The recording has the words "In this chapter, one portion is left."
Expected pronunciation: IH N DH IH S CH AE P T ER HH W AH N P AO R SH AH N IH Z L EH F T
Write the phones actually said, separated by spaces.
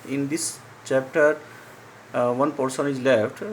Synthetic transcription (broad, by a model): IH N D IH S CH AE P T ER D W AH N P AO R S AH N IH Z L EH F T